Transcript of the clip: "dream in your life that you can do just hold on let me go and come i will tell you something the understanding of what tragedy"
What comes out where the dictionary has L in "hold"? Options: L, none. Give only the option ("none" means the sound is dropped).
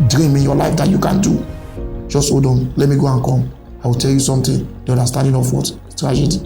none